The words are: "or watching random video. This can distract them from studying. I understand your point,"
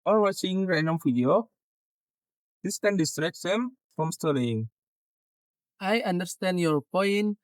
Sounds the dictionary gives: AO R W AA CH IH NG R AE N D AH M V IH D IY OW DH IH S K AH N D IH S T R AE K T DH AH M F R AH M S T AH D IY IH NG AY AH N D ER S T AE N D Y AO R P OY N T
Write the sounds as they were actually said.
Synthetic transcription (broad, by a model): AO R W AA CH IH NG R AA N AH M F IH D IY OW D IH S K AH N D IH S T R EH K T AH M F R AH M S T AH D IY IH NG AY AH N D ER S T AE N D Y AO R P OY N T